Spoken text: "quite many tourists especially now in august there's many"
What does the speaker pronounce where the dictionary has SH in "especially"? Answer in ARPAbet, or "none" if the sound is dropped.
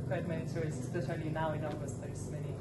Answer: none